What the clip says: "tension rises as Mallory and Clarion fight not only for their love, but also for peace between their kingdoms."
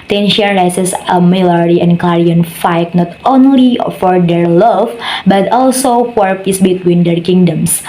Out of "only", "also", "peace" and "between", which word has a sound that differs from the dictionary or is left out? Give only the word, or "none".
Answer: none